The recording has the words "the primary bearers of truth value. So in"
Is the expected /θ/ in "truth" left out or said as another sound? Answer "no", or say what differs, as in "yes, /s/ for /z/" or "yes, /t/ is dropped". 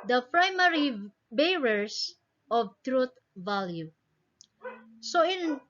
yes, /t/ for /θ/